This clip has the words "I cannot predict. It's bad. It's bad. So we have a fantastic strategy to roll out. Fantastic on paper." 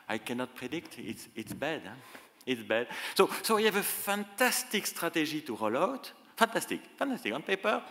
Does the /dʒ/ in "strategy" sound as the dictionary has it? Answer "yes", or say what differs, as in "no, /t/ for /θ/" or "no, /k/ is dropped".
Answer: no, /ʒ/ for /dʒ/